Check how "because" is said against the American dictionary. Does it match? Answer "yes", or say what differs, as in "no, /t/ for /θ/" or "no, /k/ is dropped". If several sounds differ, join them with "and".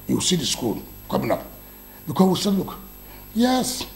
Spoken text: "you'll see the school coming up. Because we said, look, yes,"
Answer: no, /z/ is dropped